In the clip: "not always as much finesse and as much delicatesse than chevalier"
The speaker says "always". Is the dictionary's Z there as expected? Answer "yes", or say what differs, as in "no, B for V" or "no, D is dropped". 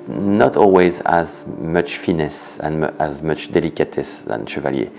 yes